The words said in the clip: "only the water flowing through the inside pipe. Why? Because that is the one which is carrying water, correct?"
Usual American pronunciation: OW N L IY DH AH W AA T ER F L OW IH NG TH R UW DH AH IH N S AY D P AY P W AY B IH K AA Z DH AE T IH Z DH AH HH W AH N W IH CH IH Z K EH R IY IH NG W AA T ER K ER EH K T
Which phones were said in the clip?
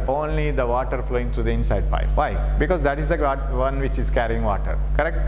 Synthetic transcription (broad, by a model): OW N L IY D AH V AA T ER F L OW IH NG T R UW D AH IH N S AY D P AY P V AY B IH K AA Z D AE T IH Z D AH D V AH N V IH CH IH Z K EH R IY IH NG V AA T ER K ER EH K T